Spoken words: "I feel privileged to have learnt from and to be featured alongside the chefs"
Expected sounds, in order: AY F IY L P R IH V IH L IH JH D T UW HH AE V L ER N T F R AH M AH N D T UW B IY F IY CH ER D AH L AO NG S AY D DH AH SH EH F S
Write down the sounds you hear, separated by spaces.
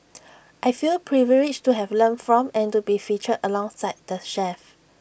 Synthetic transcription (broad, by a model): AY F IY L P R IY V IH L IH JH T UW HH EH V L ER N F R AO M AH N T UW B IY F IY CH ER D AH L AO NG S AY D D AH SH EH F